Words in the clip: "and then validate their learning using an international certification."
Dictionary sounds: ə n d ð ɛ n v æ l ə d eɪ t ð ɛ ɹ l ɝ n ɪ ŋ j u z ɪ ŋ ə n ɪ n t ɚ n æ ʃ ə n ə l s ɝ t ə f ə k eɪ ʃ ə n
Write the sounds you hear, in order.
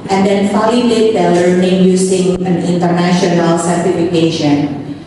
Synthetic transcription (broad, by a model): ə n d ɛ n f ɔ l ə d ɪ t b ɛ l ɝ n ɪ ŋ j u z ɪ ŋ ə n ɪ n t ɚ n æ ʃ ə n ə l s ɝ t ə f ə k eɪ ʃ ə n